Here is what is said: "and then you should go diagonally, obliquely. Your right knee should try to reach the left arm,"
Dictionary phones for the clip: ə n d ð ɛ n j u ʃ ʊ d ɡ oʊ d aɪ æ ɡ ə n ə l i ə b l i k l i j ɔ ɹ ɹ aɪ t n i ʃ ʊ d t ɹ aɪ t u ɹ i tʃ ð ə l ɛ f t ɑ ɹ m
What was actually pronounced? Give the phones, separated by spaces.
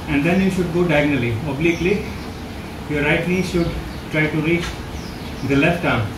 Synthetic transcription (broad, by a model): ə n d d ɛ n j u ʃ ʊ d ɡ oʊ d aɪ ɡ n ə l i ə b l i k l i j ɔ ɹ ɹ aɪ t l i ʃ ʊ d t ɹ aɪ t u ɹ i tʃ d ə l ɛ f t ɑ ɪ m